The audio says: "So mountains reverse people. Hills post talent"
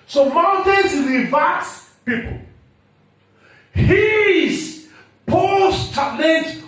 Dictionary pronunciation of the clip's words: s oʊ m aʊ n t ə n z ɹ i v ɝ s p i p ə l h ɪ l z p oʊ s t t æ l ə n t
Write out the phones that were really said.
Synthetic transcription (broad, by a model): s oʊ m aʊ n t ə n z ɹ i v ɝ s p i p ə l h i z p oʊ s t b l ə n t